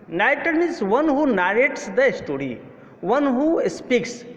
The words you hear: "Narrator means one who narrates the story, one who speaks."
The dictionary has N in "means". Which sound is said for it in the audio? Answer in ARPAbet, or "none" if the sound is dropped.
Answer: none